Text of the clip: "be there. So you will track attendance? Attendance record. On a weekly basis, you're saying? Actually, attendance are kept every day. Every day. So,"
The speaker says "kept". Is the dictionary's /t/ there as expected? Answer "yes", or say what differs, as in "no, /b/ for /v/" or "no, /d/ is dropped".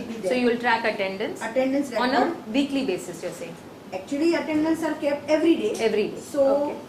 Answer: no, /t/ is dropped